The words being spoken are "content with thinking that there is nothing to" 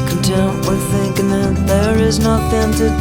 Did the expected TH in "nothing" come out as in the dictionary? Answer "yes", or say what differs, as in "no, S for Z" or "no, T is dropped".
no, T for TH